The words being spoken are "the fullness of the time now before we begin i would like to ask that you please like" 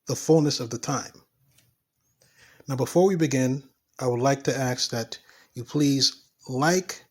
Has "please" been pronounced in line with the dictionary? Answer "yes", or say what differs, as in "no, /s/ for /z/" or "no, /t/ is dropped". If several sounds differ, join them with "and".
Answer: yes